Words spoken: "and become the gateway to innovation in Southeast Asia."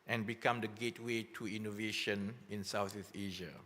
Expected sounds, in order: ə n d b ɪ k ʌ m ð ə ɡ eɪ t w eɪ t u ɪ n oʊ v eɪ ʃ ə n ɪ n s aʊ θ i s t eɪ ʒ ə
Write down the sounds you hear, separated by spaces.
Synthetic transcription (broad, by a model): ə n b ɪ k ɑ m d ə ɡ eɪ t w eɪ t u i n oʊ v eɪ ʃ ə n ɪ n s aʊ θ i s eɪ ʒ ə